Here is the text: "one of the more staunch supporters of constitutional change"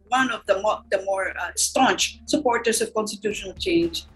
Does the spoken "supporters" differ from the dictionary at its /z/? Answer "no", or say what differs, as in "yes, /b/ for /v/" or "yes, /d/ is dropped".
yes, /s/ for /z/